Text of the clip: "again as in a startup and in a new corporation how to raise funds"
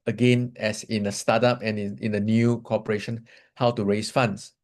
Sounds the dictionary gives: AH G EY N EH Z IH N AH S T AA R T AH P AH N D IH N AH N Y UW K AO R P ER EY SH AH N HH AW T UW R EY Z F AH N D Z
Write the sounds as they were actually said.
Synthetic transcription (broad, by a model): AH G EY N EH S IH N AH S T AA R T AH P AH N IH N AH N Y UW K AO P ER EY SH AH N HH AW T UW R EY S F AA N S